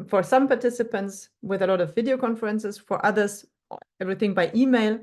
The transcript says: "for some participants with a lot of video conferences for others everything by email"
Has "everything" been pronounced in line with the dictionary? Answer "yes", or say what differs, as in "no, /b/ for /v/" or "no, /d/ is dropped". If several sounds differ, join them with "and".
yes